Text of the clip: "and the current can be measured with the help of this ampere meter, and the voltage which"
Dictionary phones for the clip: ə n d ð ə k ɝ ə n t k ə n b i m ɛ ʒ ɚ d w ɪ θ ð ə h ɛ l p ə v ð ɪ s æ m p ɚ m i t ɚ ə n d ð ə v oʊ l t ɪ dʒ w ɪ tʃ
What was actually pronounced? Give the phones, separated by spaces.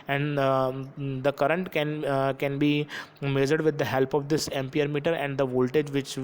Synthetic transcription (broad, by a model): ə n d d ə k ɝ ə n t k ə n b i m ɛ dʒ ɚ d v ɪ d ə h ɛ l p ə v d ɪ s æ m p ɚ m i t ɚ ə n d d ə v oʊ l t ɪ dʒ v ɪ tʃ